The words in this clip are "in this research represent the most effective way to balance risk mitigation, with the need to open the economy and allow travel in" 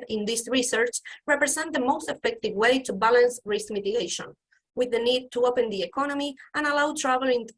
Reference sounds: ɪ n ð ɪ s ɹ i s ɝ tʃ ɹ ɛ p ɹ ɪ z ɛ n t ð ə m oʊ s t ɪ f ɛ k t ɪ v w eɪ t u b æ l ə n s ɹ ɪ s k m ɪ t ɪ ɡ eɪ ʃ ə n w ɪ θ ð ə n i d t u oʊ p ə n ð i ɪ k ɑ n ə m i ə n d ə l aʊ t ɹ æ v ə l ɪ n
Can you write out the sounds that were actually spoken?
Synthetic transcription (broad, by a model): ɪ n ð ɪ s ɹ i s ɝ tʃ ɹ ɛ p ɹ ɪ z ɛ n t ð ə m oʊ s t ɪ f ɛ k t ɪ v w eɪ t u b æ l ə n s ɹ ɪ s k m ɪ t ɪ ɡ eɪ ʃ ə n w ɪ ð ə n i d t u oʊ p ə n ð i ɪ k ɑ n ə m i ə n ə l aʊ t ɹ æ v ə l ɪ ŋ